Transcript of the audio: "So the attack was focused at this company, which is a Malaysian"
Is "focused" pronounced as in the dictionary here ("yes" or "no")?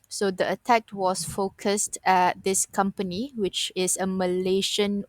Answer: yes